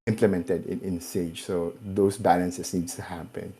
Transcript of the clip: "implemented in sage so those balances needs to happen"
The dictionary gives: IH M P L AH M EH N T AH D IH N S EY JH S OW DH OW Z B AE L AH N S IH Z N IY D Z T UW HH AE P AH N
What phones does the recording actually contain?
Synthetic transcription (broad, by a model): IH M P L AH M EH N T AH D IH N S EY JH S OW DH OW S B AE L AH N S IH S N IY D S T UW HH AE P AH N